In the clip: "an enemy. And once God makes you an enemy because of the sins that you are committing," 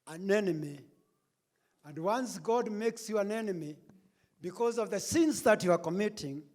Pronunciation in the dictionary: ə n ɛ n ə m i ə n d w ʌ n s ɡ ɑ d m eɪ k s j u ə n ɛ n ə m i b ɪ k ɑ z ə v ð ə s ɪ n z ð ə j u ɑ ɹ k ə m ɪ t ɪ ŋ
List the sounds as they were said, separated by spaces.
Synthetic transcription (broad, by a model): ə n ɛ n ə m i ə n d w ʌ n s ɡ ɑ d m eɪ k s j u ə n ɛ n ə m i b ɪ k ɑ z ə v ð ə s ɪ n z ð ə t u ɑ ɹ k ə m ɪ t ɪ ŋ